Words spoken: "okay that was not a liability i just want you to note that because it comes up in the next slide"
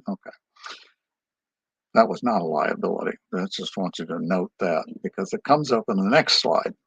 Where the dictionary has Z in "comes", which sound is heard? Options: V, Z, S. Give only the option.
Z